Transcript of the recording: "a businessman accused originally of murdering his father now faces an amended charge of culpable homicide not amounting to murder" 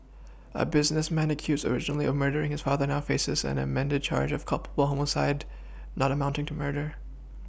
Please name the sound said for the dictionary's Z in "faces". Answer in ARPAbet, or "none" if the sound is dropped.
Z